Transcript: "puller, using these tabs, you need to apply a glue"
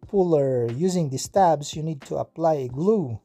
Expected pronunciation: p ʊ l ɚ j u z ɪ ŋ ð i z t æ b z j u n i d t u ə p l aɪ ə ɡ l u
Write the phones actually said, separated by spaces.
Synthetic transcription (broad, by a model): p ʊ l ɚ j u z ɪ ŋ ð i s t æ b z j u n i d t u ə p l aɪ ə ɡ l u